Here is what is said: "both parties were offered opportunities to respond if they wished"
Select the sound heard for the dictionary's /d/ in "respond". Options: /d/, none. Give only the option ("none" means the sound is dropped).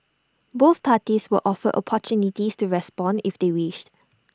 /d/